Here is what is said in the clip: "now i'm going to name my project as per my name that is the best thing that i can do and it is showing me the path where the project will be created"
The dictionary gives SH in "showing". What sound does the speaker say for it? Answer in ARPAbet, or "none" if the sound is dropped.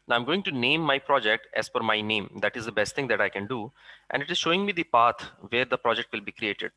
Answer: SH